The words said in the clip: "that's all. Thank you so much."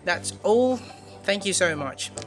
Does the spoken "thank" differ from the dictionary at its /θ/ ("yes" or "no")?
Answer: no